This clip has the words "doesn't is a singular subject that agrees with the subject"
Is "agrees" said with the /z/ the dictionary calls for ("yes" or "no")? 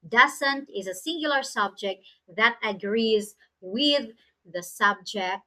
yes